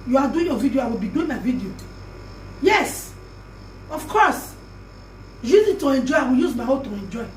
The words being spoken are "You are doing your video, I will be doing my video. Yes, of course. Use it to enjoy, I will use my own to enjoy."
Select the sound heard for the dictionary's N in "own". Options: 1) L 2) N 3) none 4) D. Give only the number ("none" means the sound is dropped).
1